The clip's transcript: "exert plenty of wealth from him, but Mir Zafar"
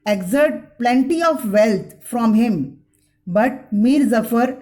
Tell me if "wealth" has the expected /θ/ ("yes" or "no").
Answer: no